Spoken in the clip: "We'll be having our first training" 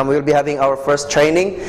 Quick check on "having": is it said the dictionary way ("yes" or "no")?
yes